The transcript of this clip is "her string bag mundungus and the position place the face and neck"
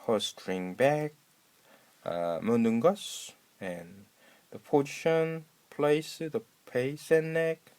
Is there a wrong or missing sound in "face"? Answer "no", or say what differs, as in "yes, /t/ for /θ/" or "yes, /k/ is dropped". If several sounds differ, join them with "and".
yes, /p/ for /f/